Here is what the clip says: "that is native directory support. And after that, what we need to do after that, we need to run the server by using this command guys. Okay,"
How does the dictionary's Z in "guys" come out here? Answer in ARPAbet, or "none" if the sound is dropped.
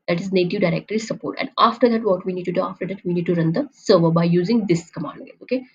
none